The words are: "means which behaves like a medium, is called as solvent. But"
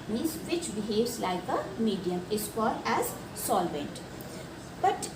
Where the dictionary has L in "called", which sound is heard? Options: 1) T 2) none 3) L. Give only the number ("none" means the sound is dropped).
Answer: 2